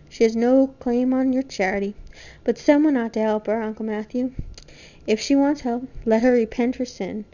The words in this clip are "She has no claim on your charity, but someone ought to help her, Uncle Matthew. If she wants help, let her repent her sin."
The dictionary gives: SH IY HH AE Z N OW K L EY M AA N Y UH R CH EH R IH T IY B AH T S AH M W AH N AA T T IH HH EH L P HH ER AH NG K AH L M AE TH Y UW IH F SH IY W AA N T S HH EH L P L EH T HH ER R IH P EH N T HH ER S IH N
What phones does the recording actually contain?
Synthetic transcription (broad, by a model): SH IY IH Z N OW K L EY M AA N Y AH R CH EH R IH T IY B AH T S AH M W AH N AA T T IH HH EH L P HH ER AH NG K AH L M AE TH Y UW IH F SH IY W AA N T S HH EH L P L EH T HH ER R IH P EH N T HH ER S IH N